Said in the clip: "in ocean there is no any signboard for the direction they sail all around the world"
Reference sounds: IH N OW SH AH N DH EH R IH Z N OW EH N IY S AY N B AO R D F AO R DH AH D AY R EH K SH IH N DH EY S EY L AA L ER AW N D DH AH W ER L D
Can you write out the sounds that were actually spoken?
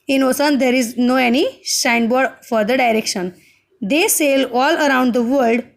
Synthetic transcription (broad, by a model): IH N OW S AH N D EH R IH Z N OW EH N IY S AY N B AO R D F AO R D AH D AY R EH K SH IH N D EY S EY L AA L ER AW N D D AH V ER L D